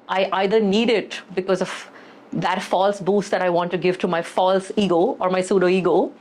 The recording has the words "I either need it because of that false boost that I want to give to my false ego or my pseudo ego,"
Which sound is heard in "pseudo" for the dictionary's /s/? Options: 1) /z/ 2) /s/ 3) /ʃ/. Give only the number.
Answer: 2